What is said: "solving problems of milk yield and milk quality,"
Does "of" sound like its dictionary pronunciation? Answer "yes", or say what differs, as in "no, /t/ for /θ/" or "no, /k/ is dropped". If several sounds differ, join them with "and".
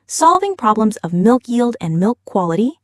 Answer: yes